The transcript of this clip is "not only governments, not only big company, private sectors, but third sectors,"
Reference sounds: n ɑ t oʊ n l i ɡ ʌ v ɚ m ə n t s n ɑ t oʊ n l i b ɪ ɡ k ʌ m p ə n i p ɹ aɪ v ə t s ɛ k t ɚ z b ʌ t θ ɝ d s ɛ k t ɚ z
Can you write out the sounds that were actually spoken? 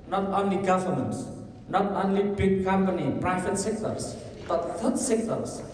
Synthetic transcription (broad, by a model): n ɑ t oʊ n l i ɡ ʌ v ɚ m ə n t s n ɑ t oʊ n l i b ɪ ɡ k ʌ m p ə n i p ɹ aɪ b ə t s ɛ k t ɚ s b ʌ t t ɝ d s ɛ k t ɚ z